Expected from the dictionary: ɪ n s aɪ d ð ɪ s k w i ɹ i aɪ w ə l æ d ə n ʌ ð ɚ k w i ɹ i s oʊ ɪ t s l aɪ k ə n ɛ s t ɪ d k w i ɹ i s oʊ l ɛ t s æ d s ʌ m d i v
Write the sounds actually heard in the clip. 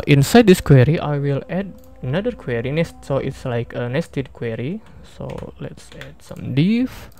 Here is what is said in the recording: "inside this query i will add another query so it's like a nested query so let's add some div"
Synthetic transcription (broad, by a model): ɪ n s aɪ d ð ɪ s k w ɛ ɹ i aɪ w ə l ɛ d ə n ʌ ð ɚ k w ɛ ɹ i s oʊ ɪ t s l aɪ k ə n ɛ s t ɪ d k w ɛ ɹ i s oʊ l ɛ t s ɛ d s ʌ m d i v